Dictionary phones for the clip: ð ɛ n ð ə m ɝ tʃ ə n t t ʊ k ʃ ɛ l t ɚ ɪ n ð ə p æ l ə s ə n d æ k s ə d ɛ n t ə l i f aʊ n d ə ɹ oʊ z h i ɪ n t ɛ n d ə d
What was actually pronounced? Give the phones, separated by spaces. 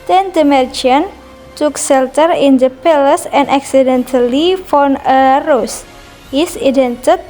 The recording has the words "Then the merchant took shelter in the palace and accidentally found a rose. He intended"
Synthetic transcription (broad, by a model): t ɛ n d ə m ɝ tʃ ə n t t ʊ k s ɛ l t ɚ ɪ n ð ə p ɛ l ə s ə n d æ k s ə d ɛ n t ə l i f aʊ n ə ɹ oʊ s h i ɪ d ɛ n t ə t